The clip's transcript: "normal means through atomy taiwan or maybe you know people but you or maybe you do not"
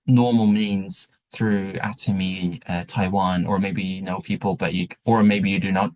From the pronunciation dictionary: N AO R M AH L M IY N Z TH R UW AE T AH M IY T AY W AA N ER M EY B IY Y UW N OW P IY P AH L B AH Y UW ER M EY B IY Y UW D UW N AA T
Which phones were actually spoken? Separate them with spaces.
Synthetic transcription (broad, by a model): N AO R M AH L M IY N Z TH R UW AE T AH M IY T AY W AA N ER M EY B IY Y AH N OW P IY P AH L B AH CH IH ER M EY B IY Y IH D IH N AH T